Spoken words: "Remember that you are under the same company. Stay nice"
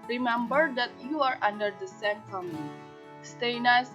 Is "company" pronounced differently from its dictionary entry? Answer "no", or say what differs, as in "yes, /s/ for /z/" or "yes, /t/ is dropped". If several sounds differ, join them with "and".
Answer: yes, /p/ is dropped and /l/ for /n/